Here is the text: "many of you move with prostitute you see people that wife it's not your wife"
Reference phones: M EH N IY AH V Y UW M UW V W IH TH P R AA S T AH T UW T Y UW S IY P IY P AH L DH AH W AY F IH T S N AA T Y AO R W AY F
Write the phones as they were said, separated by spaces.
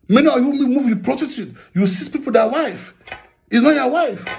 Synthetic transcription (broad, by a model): M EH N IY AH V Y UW M UW V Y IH P R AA T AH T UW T Y UW S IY P IY P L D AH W AY F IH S N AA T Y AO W AY F